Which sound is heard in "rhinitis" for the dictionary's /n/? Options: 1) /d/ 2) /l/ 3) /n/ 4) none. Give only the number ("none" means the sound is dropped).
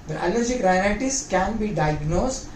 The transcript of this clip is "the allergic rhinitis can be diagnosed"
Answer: 2